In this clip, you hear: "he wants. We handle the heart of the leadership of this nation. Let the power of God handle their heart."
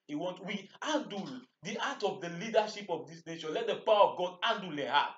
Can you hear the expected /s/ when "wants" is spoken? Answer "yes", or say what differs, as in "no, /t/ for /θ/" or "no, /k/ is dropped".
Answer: no, /s/ is dropped